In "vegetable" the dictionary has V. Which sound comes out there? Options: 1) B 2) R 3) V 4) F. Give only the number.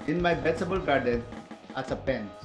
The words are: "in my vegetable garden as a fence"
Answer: 1